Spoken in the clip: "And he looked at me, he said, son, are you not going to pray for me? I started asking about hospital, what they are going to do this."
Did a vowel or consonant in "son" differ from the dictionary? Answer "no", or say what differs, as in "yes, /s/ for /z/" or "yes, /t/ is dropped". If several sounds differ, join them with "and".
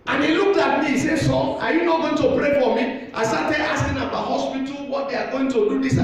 yes, /n/ is dropped